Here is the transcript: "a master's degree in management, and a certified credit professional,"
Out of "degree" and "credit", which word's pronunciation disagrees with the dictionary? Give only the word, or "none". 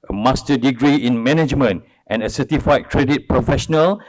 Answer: none